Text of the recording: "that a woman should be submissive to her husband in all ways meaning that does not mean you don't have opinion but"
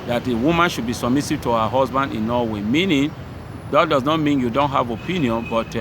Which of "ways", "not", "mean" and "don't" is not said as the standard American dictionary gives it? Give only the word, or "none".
ways